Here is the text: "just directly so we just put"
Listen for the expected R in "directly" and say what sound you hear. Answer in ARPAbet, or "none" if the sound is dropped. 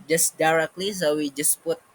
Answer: R